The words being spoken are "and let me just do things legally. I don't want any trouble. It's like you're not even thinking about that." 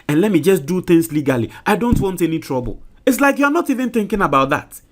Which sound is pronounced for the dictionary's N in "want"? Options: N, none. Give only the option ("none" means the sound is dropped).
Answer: N